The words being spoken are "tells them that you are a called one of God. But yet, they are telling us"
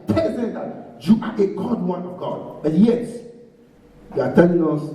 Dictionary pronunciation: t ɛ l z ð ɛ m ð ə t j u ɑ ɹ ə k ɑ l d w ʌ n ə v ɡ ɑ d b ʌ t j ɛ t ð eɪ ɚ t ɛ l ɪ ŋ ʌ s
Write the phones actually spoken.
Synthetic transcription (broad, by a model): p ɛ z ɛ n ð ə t j u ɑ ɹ ə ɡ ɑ d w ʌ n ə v ɡ ɑ d b ʌ t j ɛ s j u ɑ t ɛ l ɪ ŋ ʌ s